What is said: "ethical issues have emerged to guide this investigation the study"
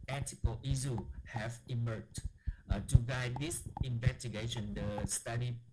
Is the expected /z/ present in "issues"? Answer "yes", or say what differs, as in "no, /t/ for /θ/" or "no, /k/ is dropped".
no, /z/ is dropped